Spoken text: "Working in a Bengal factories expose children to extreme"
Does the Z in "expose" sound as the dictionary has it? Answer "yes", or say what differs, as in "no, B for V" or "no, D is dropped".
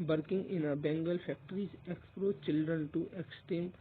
no, Z is dropped